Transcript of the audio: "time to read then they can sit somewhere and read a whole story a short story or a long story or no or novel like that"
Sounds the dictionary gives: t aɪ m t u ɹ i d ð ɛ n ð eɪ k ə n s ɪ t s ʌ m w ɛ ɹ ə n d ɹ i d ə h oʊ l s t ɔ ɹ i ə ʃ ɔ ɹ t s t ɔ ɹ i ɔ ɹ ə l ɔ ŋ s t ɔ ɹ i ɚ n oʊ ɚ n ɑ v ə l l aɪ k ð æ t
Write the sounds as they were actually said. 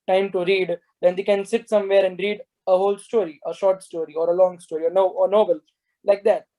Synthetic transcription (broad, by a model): t aɪ m t u ɹ i d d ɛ n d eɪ k ə n s ɪ t s ʌ m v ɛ ɹ ə n d ɹ i d ə h oʊ l s t ɔ ɹ i ə ʃ ɔ ɹ t s t ɔ ɹ i ɔ ɹ ə l ɔ ŋ s t ɔ ɹ i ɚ n oʊ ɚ n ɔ b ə l l aɪ k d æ t